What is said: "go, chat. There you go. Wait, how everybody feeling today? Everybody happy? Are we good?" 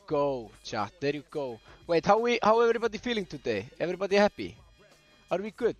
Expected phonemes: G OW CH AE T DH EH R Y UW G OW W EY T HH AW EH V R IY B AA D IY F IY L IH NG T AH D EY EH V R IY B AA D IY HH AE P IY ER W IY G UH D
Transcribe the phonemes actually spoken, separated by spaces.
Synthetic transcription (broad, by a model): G OW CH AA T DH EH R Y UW G OW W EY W HH AW EH V R IY B AA D IY F IY L IH NG T AH D EY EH V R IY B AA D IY HH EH B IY ER W IY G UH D